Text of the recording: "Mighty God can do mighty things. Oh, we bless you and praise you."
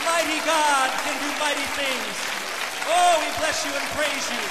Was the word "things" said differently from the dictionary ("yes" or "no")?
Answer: no